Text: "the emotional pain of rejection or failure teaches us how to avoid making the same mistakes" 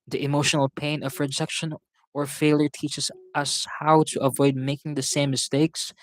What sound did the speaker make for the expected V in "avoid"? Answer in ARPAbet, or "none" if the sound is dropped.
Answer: V